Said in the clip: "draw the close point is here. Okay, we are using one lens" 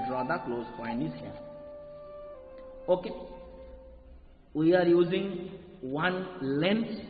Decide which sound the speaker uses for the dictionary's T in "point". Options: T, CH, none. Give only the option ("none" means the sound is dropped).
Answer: none